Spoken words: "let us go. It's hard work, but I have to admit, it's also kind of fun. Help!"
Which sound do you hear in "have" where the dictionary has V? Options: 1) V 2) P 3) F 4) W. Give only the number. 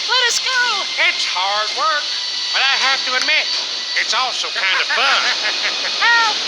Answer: 3